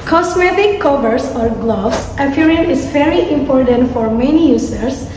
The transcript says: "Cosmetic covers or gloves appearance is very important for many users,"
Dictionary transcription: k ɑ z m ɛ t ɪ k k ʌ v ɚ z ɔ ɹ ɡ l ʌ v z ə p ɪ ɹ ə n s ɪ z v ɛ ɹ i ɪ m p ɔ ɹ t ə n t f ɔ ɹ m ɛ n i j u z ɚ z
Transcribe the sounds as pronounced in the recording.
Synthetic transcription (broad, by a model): k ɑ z m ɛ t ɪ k k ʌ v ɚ s ɔ ɹ ɡ l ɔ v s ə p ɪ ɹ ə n ɪ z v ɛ ɹ i ɪ m p ɔ ɹ t ə n t f ɔ ɹ m ɛ n i j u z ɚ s